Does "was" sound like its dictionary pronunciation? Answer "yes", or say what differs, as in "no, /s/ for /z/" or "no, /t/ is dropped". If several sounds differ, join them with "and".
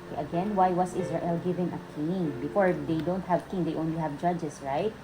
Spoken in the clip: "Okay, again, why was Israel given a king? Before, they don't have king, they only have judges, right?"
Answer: no, /s/ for /z/